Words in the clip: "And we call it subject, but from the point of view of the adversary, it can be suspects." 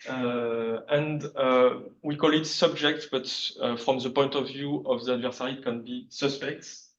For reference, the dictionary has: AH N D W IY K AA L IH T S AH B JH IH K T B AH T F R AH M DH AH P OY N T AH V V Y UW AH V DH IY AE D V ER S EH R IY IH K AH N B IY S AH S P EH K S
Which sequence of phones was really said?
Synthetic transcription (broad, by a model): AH N D W IY K AA L IH T S AH B JH IH K T B AH T F R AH M DH AH P OY N T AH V V Y UW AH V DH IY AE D V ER S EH R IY K AH N B IY S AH S P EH K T